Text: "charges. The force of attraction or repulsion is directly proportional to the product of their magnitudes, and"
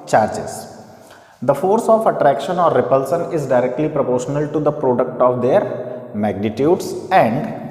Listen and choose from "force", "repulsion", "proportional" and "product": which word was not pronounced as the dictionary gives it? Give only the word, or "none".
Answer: repulsion